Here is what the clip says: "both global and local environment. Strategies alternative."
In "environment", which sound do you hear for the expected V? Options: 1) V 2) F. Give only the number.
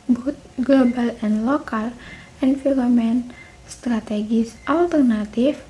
2